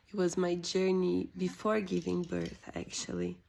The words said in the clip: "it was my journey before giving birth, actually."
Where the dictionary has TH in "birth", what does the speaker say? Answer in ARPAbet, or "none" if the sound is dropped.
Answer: TH